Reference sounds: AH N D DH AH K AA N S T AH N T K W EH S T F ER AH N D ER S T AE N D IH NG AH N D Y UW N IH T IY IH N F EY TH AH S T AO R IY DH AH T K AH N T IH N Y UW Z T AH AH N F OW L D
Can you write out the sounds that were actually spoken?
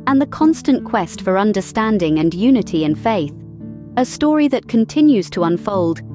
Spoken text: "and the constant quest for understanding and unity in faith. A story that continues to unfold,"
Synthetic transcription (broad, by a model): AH N DH AH K AA N S T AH N K W EH S T F ER AH N D ER S T AE N D IH NG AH N Y UW N IH T IY IH N F EY TH AH S T AO R IY DH AH T K AH N T IH N Y UW Z T AH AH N F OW L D